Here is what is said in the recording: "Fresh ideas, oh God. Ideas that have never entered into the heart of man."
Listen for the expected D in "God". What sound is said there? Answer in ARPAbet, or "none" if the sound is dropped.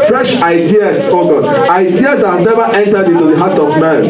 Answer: none